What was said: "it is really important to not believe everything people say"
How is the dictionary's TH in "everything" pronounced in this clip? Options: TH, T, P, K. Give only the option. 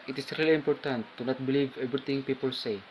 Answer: T